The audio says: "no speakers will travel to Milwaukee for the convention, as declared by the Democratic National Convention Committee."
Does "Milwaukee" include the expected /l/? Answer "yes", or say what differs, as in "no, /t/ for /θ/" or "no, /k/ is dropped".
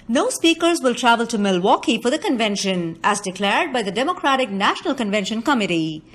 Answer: yes